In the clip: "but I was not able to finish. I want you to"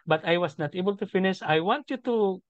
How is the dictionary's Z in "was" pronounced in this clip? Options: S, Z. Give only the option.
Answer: S